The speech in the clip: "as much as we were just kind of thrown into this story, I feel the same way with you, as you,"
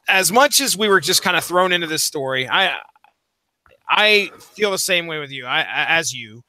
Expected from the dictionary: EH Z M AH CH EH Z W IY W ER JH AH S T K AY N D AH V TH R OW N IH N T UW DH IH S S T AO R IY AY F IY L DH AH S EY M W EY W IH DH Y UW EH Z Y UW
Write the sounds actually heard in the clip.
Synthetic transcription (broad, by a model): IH Z M AH CH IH Z W IY W ER JH AH S K AY N D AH TH R OW N IH N T UW DH IH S S T AO R IY AY F IY L DH AH S EY M W EY W IH DH Y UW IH Z Y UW